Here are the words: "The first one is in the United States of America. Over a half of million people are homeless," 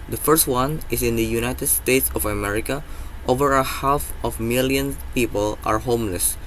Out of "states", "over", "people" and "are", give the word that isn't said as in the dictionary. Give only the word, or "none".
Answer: none